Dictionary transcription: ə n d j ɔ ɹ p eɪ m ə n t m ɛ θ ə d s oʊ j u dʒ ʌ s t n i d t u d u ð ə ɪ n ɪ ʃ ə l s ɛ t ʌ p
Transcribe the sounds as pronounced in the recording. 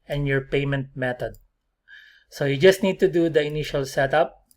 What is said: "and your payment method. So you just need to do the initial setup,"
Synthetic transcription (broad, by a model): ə n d j ɔ ɹ p eɪ m ə n t m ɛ t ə d s oʊ j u dʒ ʌ s t n i d t u d u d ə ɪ n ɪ ʃ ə l s ɛ t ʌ p